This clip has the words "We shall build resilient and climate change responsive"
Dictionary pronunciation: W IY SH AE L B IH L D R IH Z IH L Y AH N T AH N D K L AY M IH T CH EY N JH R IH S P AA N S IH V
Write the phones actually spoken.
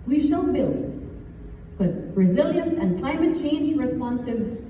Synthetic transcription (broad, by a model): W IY SH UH N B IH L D R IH Z IH L Y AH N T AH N K L AY M IH T CH EY N JH R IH S P AA N S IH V